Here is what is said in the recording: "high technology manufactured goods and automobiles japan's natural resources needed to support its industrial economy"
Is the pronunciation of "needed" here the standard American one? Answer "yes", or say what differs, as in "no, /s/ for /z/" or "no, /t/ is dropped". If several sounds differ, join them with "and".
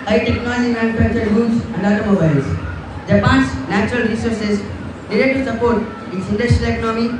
no, /l/ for /n/